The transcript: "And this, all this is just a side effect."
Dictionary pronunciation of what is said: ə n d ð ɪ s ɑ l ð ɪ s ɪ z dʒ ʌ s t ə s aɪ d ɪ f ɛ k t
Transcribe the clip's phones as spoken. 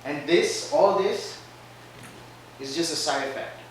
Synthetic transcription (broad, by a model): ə n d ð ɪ s ɑ l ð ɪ s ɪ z dʒ ʌ s t ə s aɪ ɪ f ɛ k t